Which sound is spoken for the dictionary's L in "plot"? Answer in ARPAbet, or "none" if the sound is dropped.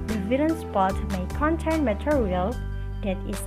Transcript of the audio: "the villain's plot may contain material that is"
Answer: none